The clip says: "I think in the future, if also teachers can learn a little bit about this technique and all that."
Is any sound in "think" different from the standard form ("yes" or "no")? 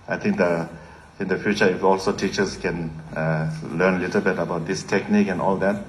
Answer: yes